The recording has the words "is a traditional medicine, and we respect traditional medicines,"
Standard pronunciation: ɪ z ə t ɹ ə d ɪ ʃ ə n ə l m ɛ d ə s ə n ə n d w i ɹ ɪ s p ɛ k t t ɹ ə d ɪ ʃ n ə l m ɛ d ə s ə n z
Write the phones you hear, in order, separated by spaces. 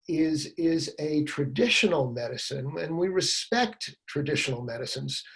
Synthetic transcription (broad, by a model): ɪ z ə t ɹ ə d ɪ ʃ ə n l m ɛ d ə s ə n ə n w i ɹ ɪ s p ɛ k t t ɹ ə d ɪ ʃ n l m ɛ d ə s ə n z